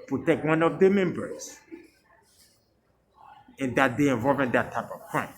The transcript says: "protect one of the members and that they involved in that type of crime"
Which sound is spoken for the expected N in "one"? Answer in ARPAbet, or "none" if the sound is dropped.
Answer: N